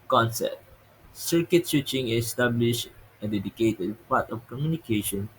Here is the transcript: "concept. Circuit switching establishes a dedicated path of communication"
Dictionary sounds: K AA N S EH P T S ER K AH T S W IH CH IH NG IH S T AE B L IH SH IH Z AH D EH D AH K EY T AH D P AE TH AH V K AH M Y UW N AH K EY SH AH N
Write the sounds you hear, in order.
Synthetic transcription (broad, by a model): K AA N S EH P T S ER K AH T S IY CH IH NG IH S T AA B L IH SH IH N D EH D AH K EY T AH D P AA T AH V K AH M Y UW N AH K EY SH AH N